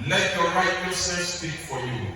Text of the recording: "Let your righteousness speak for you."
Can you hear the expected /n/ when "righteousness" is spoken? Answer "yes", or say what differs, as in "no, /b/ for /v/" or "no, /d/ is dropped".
no, /n/ is dropped